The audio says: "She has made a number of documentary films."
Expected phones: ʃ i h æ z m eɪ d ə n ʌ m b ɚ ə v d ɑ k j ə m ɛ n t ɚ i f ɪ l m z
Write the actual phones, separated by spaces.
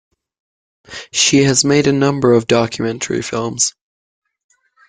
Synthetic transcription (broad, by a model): ʃ i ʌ z m eɪ d ə n ʌ m b ɚ ə v d ɑ k j ə m ɛ n t ɚ i f ɪ l m z